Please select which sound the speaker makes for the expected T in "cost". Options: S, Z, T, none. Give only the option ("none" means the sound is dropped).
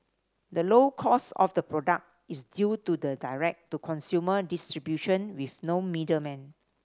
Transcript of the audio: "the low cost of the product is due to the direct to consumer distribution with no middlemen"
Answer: none